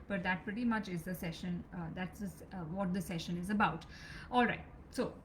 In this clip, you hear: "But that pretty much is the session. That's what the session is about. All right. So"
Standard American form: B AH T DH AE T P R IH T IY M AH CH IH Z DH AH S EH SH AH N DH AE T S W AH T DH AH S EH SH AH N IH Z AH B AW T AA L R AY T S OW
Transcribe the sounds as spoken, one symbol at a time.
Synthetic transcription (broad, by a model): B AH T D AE T P R IH T IY M AH CH IH Z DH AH S EH SH AH N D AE T S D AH T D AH S EH SH AH N IH Z AH B AW T AA L R AY T S OW